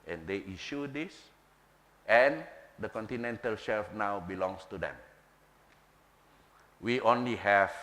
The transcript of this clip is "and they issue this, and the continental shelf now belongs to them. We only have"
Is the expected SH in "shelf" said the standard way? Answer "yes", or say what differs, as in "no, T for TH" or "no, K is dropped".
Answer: yes